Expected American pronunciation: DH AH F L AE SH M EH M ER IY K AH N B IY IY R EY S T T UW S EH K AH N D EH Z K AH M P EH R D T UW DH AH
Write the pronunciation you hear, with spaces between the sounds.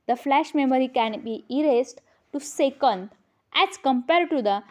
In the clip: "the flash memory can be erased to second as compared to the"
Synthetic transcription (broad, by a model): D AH F L AE SH M EH M ER IY K AH N B IY IY R EY S T T UW S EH K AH N D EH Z K AH M P EH R D T UW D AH